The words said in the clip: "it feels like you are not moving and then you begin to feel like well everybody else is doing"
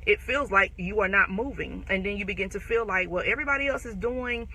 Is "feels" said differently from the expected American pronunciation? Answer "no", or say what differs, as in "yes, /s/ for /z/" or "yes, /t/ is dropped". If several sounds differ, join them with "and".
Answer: no